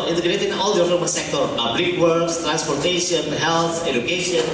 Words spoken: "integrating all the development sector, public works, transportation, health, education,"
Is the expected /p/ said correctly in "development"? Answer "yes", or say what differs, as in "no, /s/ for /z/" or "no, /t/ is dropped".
no, /p/ is dropped